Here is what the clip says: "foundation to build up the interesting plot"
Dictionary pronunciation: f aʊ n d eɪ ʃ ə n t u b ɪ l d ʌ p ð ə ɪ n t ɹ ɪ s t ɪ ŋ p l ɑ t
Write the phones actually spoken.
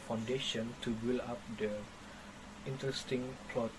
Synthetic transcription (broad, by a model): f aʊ n d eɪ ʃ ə n t u b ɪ l ɑ p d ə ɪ n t ɹ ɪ s t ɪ ŋ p l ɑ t